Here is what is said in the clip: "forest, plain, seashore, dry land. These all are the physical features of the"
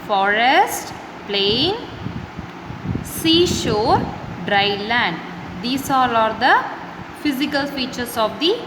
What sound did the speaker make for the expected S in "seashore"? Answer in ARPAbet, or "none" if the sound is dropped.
S